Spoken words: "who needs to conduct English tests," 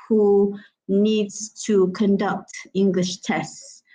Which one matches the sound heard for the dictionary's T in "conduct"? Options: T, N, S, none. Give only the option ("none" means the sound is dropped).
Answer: T